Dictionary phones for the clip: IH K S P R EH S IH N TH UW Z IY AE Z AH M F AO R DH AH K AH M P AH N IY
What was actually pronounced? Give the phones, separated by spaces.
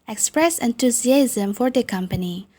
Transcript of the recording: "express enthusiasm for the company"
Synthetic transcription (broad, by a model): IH K S P R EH S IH N T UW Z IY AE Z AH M F AO R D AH K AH M P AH N IY